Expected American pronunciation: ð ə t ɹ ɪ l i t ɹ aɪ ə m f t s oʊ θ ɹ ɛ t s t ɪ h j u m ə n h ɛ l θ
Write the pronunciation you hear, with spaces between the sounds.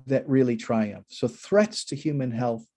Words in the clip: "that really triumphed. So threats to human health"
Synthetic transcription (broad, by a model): ð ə t ɹ ɪ l i t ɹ aɪ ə m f s oʊ θ ɹ ɛ t s t ɪ h j u m ə n h ɛ l θ